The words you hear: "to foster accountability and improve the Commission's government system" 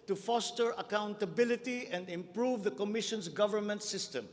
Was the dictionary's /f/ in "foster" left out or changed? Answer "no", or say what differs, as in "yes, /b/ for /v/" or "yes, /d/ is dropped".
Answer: no